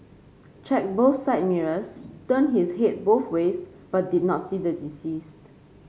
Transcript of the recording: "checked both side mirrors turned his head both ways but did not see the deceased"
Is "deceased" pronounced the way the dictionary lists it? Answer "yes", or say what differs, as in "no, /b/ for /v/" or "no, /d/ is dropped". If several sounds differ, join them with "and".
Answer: yes